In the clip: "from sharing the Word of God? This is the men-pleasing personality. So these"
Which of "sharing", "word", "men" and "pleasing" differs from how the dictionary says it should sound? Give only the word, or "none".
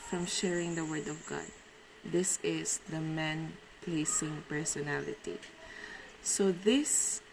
pleasing